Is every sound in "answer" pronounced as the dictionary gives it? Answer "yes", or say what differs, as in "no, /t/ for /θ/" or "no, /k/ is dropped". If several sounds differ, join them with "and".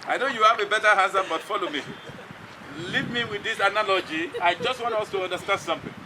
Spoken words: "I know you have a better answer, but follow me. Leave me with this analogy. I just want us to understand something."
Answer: no, /n/ is dropped